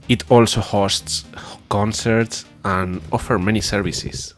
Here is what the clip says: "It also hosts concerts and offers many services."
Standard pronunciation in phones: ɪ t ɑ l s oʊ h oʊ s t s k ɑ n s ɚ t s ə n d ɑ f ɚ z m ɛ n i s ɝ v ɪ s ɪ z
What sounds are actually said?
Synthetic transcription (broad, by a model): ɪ t ɑ l s oʊ h oʊ s t s k ɑ n s ɚ t s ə n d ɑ f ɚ m ɛ n i s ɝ v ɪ s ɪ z